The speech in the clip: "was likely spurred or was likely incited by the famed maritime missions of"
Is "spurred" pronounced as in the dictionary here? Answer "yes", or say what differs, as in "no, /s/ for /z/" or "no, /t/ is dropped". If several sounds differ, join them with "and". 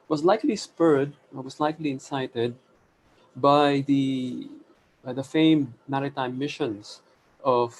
yes